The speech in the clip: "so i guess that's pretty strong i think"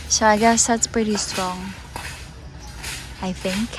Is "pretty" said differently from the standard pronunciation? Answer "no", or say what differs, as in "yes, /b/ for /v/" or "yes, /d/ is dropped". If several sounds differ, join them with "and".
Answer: no